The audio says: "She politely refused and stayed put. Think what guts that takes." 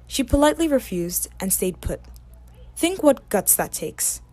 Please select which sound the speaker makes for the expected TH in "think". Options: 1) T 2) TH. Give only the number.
2